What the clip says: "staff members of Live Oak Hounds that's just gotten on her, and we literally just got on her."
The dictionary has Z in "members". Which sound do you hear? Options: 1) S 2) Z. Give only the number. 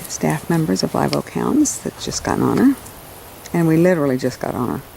2